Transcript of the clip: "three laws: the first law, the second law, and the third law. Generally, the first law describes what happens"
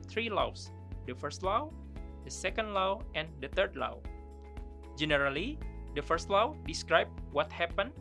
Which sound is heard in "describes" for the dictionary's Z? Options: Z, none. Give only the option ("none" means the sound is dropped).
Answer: none